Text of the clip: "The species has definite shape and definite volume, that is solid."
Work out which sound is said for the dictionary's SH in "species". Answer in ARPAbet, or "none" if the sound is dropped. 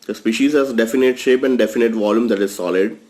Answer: SH